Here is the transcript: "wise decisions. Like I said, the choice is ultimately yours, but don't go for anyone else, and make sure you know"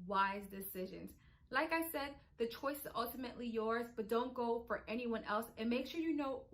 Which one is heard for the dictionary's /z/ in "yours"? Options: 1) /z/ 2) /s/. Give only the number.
1